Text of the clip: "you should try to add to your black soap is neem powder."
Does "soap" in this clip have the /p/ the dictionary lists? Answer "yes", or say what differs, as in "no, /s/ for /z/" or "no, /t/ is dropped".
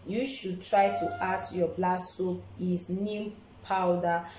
no, /p/ is dropped